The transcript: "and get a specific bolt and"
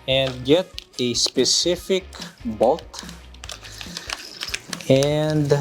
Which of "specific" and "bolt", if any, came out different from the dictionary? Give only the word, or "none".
bolt